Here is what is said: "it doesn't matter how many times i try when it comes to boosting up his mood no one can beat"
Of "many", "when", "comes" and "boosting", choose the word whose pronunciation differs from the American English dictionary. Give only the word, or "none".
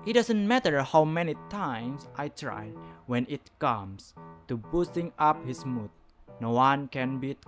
comes